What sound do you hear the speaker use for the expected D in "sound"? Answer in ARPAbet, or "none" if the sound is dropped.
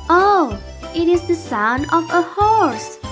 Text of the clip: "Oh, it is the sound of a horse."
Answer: none